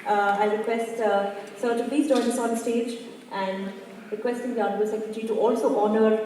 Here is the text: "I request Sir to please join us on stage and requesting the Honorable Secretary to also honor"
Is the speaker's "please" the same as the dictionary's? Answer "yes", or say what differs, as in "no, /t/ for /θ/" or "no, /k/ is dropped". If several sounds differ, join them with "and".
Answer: no, /l/ is dropped